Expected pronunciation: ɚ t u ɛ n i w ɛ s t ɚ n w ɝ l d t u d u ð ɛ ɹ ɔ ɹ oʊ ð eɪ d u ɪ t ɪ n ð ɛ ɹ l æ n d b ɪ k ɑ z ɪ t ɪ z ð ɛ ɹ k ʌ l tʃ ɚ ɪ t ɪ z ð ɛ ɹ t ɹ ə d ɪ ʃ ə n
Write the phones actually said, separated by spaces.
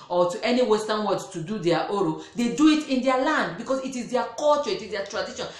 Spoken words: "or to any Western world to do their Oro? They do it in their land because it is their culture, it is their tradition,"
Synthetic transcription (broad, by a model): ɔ t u ɛ n i w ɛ s t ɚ n w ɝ d t u d u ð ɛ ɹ ɔ ɹ oʊ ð eɪ d u ɪ t ɪ n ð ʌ l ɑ n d b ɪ k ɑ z ɪ t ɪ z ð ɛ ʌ k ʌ l tʃ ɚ ɪ t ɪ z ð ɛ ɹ t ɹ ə d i ʃ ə n